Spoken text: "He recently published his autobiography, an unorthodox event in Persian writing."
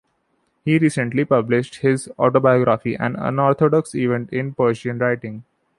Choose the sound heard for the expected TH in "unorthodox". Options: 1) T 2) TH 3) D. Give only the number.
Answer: 1